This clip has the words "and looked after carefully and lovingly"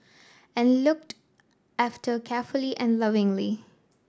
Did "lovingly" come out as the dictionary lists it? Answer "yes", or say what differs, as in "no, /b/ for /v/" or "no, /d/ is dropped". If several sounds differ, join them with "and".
yes